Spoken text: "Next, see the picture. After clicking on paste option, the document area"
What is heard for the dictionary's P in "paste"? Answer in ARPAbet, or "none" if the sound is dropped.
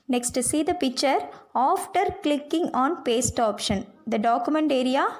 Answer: P